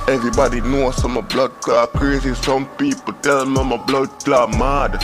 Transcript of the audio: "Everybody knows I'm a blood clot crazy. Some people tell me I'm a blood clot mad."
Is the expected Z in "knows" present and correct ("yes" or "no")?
no